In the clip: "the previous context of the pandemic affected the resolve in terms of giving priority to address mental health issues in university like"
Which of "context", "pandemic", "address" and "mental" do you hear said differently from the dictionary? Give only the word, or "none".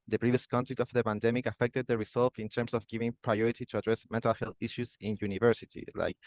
context